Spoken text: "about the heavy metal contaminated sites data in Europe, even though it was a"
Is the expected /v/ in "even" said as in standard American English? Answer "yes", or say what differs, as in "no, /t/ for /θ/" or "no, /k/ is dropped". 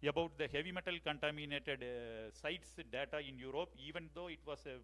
yes